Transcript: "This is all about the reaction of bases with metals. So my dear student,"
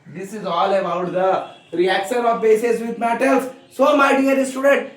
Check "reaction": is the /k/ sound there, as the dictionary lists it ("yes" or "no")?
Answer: yes